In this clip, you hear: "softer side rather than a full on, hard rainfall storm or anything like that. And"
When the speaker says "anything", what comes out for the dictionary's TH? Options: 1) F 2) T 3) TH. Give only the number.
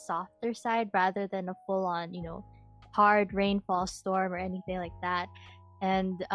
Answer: 3